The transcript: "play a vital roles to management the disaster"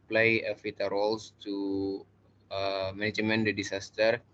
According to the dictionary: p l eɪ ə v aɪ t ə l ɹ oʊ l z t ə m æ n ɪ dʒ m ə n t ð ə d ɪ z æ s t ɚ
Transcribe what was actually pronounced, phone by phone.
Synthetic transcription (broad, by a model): p l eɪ ə f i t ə ɹ oʊ l s t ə m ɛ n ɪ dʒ m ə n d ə d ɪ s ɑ s t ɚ